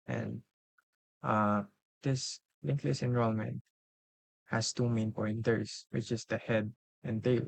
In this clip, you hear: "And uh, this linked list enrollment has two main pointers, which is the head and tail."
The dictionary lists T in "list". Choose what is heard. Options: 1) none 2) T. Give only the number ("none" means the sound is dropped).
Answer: 1